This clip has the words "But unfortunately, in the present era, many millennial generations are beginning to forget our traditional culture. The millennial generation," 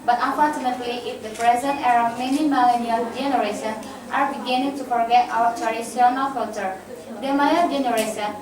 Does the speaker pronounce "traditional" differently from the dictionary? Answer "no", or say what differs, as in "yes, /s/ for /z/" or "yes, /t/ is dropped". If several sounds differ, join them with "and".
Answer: yes, /s/ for /ʃ/